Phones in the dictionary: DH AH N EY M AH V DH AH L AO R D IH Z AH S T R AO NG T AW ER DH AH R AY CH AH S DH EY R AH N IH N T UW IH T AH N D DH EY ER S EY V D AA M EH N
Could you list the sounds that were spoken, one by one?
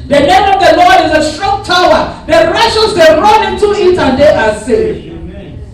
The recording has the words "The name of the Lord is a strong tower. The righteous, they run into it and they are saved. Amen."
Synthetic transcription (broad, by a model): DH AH N EY M AH V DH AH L AO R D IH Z AH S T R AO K T AW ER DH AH R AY SH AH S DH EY R AH N IH N T UW IH T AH N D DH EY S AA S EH